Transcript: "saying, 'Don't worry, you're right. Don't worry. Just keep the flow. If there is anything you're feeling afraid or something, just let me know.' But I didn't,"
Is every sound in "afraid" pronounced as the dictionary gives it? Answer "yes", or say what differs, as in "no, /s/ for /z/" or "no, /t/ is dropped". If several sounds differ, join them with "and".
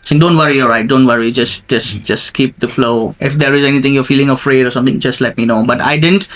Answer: yes